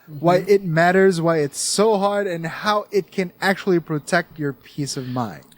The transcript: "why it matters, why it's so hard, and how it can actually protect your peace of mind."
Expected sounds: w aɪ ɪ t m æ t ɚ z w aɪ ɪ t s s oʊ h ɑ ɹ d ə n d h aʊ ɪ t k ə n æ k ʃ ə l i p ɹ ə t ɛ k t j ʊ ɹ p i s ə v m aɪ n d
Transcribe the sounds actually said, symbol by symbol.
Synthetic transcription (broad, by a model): w aɪ ɪ t m æ t ɚ z w aɪ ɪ t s s oʊ h ɑ ɹ d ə n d h aʊ ɪ t k ə n æ k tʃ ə l i p ɹ ə t ɛ k t j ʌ ɹ p i s ə v m aɪ n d